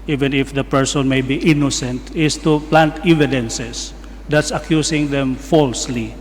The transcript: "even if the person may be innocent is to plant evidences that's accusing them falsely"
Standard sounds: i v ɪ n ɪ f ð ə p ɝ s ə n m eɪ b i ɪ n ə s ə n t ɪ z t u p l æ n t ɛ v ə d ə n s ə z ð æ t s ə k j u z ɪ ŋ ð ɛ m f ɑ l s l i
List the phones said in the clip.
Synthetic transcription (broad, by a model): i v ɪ n ɪ f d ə p ɝ s ə n m eɪ b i ɪ n ə s ə n t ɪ s t u p l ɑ n t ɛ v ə d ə n s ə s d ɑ t s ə k j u s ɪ ŋ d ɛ m f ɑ l s l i